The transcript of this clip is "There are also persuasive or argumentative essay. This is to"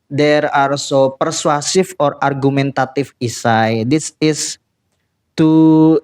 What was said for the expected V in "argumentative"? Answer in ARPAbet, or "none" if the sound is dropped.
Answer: F